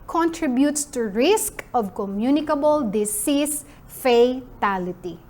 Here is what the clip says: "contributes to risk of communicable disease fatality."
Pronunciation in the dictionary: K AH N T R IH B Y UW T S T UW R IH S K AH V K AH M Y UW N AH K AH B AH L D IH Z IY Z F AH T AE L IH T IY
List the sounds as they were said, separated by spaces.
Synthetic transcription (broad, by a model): K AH N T R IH B Y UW T S T UW R IH S K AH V K AH M Y UW N AH K AH B AH L D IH S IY S F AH T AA L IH T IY